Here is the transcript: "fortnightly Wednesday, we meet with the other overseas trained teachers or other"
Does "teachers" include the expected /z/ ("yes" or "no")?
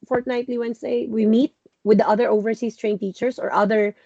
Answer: no